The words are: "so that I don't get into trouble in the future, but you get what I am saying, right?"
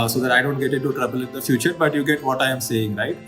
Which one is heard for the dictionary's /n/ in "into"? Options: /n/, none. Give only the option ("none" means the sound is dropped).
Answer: none